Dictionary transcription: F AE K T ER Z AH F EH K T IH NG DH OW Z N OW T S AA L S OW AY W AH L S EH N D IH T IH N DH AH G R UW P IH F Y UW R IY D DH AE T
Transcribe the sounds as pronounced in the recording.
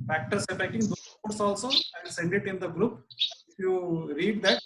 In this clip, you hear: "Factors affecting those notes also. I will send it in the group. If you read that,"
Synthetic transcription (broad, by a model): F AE K T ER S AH P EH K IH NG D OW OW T S AA L S OW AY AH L S EH N D IH T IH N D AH G R UW P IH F Y UW R IY D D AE T